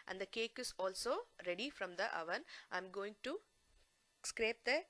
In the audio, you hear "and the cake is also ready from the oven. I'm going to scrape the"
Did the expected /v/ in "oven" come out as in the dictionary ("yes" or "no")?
yes